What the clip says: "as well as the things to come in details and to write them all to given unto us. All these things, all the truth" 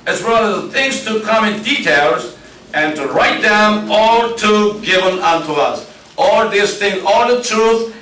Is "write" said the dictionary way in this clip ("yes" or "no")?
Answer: yes